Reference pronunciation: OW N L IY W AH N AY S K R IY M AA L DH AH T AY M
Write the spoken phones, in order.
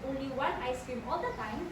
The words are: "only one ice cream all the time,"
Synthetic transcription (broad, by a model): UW L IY W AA N AY S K IY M AA L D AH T AY M